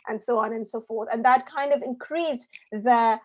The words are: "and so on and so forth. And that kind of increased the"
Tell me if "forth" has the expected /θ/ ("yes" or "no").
yes